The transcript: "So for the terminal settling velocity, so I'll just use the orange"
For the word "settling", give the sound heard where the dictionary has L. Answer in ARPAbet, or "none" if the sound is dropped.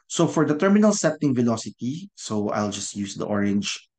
none